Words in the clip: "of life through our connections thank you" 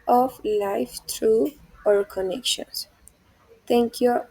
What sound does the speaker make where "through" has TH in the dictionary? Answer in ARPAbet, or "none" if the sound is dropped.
T